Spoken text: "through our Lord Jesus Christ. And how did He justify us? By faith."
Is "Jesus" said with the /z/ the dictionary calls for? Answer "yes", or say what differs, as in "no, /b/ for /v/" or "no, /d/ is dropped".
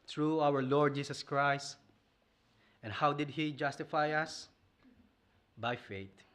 no, /s/ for /z/